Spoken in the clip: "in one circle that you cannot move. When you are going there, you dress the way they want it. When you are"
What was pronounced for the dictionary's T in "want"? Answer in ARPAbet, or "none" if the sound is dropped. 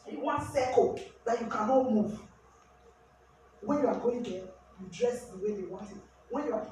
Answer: T